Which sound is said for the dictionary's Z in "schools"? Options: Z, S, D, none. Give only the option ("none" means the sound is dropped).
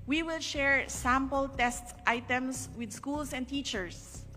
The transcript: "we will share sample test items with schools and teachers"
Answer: S